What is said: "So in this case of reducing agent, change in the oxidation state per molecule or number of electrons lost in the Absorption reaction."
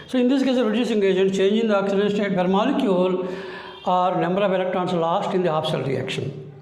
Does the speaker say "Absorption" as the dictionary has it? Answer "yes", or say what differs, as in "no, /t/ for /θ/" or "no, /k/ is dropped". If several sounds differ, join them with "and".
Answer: no, /l/ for /n/